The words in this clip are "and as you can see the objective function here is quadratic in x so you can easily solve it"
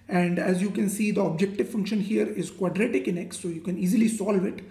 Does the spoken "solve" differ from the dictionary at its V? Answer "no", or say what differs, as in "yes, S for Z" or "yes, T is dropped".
no